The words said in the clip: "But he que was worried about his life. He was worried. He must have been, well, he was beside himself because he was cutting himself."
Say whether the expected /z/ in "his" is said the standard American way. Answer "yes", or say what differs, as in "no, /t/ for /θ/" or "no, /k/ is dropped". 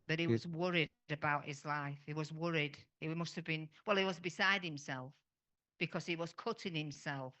yes